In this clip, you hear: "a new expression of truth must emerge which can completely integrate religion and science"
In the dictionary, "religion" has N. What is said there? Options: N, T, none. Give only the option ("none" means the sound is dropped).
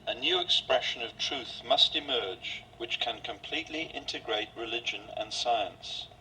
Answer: N